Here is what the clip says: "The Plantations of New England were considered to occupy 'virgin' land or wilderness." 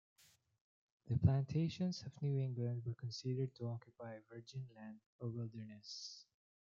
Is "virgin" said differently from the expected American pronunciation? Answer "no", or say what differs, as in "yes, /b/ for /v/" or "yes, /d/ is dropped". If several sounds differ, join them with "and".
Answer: no